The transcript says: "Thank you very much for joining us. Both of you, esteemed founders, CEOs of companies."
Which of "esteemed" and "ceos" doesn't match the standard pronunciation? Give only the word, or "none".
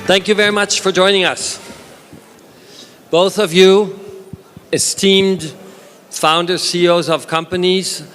none